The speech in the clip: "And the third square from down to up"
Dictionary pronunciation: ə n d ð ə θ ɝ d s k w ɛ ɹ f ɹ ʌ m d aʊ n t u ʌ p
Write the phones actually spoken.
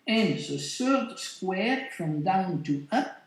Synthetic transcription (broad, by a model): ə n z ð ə s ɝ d s k w ɛ ɹ f ɹ ʌ m d aʊ n t u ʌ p